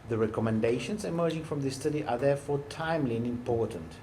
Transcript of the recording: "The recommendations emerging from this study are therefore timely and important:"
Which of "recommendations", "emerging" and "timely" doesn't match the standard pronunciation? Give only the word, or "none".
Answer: none